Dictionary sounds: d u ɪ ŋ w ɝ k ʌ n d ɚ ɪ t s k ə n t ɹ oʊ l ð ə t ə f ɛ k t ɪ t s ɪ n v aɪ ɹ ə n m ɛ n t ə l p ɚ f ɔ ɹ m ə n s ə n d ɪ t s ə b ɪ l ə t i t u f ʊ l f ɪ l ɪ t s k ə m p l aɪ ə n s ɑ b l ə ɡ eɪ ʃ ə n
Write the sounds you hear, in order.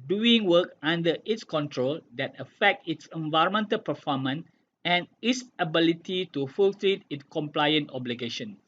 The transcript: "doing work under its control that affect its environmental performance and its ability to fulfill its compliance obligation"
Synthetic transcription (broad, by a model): d u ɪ ŋ w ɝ k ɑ n d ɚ ɪ t s k ə n t ɹ oʊ l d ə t ə f ɛ k t ɪ t s ɪ n v aɪ ɹ ə n m ɛ n t ə l p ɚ f ɔ m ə n ə n ɪ t s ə b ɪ l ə t i t u f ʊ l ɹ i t ɪ t s k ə m p l aɪ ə n ɑ b l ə ɡ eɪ ʃ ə n